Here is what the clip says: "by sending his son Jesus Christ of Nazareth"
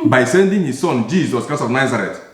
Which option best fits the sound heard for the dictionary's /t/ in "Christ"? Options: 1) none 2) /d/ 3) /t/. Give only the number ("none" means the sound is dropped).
1